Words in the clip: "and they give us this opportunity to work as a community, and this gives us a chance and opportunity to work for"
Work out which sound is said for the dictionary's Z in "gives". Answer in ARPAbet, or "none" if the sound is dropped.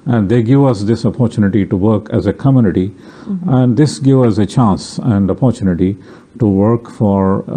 none